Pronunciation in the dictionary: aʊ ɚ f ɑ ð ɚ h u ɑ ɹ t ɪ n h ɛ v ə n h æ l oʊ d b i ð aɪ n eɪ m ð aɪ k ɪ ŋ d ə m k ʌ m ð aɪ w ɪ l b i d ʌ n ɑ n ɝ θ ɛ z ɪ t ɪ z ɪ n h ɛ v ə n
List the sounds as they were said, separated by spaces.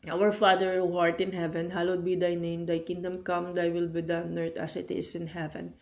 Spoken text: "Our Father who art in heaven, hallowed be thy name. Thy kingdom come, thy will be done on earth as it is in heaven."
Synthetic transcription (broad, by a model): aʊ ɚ f ɑ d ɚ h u ɑ ɹ t ɪ n h ɛ v ə n h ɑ l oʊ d b i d aɪ n eɪ m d aɪ k ɪ ŋ d ə m k ʌ m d aɪ w ɪ l b i d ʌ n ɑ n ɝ t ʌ s ɪ t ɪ s ɪ n h ɛ v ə n